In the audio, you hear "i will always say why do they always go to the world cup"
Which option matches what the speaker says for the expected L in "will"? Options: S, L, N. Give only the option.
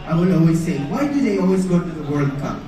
N